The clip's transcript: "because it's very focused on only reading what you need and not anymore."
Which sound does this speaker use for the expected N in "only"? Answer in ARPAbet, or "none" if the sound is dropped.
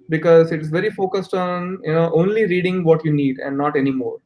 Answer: N